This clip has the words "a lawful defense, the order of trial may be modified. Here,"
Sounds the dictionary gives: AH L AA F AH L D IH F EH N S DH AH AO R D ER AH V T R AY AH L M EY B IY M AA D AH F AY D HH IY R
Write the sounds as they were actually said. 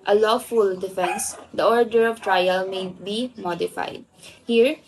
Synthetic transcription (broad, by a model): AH L AA F AH L D IH F EH N S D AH AO R D ER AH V T R AY AH L M EY B IY M AA D AH F AY D HH IY R